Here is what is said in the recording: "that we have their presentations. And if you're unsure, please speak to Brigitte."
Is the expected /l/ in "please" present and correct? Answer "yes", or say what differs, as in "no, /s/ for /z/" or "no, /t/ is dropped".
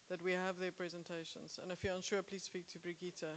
yes